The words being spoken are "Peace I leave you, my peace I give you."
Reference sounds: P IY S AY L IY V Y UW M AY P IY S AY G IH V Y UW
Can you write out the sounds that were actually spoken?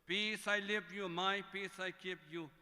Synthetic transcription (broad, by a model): P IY S AY L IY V Y UW M AY P IY S AY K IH P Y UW